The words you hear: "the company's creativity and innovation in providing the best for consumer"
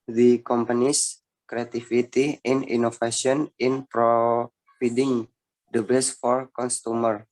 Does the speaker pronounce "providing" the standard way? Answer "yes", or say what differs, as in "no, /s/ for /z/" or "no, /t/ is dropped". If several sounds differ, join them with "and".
no, /f/ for /v/